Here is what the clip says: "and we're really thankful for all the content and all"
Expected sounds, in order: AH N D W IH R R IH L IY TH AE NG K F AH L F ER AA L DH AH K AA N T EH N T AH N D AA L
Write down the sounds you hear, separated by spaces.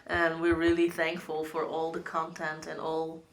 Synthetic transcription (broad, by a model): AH N W IH R R IH L IY TH AE NG K F AH L F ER AA L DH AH K AA N T EH N T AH N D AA L